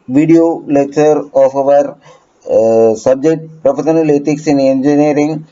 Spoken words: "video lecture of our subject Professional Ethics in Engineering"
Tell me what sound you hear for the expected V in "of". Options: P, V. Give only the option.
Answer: V